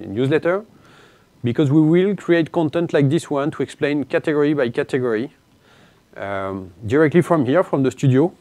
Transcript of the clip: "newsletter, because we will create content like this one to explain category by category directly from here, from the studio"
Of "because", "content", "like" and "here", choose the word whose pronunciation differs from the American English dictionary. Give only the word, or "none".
none